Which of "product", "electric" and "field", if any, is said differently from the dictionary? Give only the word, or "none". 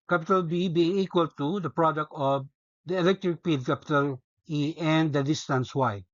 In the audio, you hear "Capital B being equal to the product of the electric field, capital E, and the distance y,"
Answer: field